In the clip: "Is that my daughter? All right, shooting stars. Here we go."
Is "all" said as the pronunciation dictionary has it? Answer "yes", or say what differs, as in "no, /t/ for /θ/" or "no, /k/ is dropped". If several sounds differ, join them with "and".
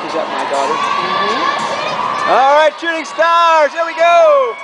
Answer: yes